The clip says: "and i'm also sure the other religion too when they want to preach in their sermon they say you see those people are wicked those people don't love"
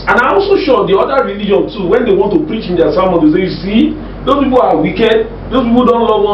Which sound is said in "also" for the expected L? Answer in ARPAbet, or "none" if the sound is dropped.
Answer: none